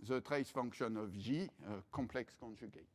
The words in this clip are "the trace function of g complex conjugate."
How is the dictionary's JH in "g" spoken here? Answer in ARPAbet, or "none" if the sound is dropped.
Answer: ZH